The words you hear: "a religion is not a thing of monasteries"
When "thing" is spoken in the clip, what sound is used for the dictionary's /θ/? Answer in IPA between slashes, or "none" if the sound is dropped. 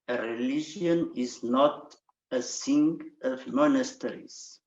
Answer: /s/